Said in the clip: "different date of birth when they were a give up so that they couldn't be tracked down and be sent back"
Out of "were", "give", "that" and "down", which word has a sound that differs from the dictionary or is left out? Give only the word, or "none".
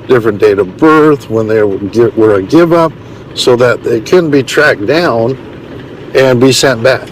none